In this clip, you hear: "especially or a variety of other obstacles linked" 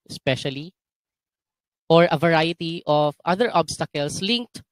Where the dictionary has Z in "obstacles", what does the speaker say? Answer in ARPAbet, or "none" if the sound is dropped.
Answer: S